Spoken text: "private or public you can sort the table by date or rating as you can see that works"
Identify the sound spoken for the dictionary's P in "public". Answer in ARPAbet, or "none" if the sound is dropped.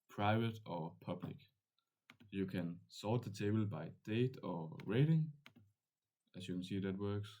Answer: P